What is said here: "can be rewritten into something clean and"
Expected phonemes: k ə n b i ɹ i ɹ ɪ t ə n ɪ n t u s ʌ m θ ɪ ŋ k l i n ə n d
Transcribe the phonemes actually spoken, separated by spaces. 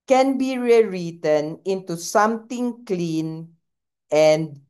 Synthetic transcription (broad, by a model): k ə n b i ɹ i ɹ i t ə n ɪ n t u s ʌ m t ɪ ŋ k l i n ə n d